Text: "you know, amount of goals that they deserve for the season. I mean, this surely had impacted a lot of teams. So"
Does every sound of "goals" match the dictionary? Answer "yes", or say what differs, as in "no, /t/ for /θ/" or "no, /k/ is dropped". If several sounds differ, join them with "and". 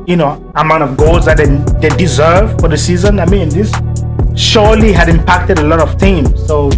yes